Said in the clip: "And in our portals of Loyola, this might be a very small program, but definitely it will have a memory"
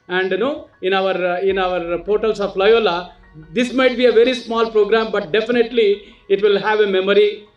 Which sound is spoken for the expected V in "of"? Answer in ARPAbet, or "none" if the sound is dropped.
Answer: P